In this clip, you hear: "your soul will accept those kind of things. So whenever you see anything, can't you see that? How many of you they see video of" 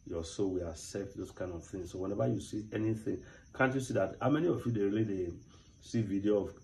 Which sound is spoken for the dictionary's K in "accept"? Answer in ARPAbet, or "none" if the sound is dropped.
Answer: none